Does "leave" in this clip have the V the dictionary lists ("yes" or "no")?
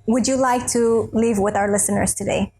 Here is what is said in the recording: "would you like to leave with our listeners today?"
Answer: yes